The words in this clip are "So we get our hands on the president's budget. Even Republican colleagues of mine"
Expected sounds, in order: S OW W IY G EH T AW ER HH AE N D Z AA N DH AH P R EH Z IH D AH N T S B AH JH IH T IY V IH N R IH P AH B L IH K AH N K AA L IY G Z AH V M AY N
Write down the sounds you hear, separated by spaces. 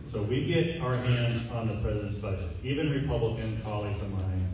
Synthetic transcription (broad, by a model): S OW W IY G EH T AW ER HH AE N D Z N DH AH P R EH Z IH D AH N T S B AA IH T IY V IH N R IH P AH B L IH K AH N K AA L IY G Z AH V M AY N